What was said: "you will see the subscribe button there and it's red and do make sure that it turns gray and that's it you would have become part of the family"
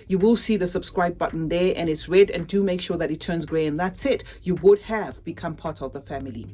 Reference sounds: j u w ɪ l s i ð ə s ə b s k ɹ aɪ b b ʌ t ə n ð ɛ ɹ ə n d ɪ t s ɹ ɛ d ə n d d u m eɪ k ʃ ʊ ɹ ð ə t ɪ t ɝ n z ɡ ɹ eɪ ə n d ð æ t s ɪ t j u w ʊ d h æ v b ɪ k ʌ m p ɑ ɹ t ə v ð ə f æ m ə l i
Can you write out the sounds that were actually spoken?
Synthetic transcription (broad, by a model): j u w ɪ l s i ð ə s ə b s k ɹ aɪ b b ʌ t n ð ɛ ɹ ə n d ɪ t s ɹ ɛ d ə n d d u m eɪ k ʃ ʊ ɹ ð ə t ɪ t ɝ n z ɡ ɹ eɪ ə n ð æ t s ɪ t j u w ʊ d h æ v b ɪ k ʌ m p ɑ ɹ t ə v ð ə f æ m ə l i